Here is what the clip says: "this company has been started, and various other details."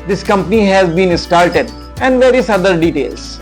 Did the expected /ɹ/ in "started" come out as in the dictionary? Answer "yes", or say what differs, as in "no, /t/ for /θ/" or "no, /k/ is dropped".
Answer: no, /l/ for /ɹ/